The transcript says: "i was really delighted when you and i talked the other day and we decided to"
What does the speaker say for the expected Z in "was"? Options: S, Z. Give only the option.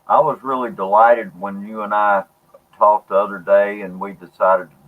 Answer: Z